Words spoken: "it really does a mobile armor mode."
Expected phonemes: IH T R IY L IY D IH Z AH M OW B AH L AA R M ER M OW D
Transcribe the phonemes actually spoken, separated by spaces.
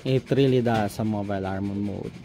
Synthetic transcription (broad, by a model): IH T R IY L IY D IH S AH M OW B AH L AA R M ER M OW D